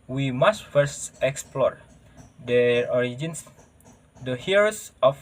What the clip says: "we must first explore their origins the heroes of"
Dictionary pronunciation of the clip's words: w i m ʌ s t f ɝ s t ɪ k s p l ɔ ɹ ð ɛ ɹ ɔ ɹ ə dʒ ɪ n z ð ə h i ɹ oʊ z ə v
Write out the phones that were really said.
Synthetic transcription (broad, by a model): w i m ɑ s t f ɝ s t ɪ k s p l ɔ ɹ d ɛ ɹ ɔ ɹ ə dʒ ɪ n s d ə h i ɹ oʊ s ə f